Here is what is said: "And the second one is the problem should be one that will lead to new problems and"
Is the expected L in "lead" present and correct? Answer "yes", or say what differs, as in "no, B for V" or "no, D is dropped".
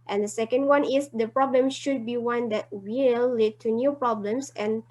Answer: yes